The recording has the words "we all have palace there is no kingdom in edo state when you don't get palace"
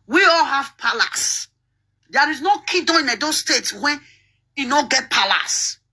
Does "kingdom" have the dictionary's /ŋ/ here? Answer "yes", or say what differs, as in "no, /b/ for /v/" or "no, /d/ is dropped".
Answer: no, /ŋ/ is dropped